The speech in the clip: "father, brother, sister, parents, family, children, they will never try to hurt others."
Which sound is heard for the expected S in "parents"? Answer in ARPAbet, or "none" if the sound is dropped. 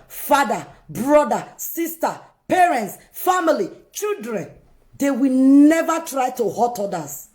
S